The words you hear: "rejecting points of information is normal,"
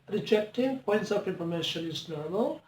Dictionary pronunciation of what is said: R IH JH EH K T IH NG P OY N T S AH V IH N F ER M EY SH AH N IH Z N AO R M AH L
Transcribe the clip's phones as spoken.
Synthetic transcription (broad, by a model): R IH JH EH K T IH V P OY N T S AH P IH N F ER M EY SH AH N IH Z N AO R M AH L